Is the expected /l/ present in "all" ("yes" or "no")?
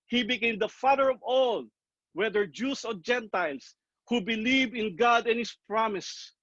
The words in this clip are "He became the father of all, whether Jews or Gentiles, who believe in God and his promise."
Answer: yes